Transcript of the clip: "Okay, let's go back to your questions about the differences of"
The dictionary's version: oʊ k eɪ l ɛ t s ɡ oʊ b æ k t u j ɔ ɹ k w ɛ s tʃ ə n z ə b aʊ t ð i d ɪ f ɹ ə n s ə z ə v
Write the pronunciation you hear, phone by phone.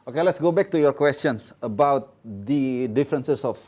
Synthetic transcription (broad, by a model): oʊ k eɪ l ɛ t s ɡ oʊ b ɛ k t u j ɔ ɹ k w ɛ s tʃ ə n s ə b aʊ t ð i d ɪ f ɹ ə n s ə s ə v